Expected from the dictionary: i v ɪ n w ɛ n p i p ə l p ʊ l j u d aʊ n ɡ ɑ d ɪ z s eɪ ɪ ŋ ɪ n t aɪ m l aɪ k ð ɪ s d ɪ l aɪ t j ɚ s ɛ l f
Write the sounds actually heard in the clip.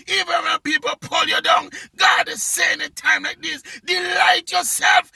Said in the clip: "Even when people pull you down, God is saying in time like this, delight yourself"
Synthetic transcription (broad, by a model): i v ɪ n w ɛ n p i p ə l p ʊ l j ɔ d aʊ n ɡ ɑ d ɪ s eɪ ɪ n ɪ t aɪ m l aɪ k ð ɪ s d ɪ l aɪ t j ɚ s ɛ l f